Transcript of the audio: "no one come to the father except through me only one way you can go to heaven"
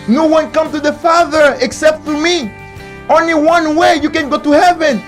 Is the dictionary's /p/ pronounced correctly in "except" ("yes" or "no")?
yes